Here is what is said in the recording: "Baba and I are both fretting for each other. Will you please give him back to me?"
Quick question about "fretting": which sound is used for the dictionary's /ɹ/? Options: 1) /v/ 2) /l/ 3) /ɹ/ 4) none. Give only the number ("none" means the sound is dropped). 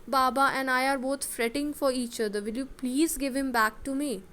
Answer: 3